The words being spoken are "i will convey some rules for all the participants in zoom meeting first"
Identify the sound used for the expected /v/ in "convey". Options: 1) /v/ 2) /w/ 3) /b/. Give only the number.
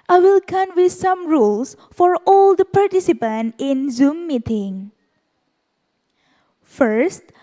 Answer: 2